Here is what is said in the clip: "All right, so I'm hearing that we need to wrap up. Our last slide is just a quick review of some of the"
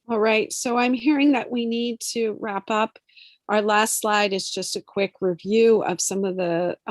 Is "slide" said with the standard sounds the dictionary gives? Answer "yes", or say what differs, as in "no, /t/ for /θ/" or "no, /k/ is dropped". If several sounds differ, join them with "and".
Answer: yes